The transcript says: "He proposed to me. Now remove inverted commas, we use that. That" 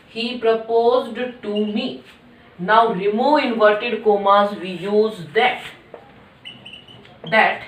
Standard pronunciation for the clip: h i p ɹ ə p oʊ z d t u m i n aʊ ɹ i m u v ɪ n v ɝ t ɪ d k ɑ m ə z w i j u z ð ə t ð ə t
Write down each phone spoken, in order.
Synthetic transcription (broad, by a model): h i p ɹ ə p oʊ z d t u m i n aʊ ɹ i m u ɪ n v ɝ t ɪ d k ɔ m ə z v i j u z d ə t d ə t